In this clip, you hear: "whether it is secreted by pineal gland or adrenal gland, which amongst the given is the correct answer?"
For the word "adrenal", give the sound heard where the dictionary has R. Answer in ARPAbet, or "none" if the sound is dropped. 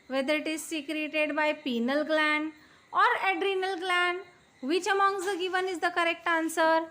R